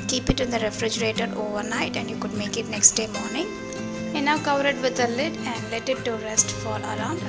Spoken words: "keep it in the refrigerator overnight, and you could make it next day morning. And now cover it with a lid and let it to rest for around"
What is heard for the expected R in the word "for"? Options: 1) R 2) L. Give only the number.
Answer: 2